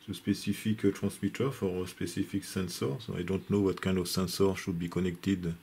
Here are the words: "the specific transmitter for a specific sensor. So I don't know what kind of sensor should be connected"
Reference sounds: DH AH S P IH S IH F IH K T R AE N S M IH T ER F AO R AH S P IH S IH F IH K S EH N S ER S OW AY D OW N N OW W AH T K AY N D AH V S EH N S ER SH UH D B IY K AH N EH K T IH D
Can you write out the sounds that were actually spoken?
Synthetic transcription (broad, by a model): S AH S P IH S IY F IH K T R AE S M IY T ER F AO R AH S P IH S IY F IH K S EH N S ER S OW AY D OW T N OW W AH T K AY N D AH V S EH N S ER SH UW D B IY K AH N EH K T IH D